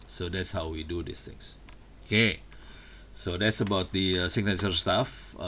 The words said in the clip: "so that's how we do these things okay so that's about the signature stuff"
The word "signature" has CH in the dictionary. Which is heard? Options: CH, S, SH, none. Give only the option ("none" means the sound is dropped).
S